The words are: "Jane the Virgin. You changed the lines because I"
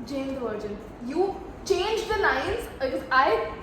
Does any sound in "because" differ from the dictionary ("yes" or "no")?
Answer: yes